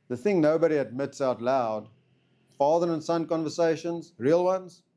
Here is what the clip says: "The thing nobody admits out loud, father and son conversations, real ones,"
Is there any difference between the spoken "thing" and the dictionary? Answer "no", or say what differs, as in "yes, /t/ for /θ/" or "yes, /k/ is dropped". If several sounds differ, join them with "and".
no